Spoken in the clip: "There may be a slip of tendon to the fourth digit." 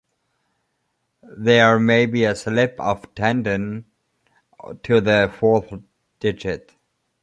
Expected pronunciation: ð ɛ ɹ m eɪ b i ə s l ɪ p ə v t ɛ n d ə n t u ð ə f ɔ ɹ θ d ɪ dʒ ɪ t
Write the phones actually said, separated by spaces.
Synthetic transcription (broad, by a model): ð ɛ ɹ m eɪ b i ə s l ɪ p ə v t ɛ n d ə n t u ð ə f ɔ ɹ θ d ɪ dʒ ɪ t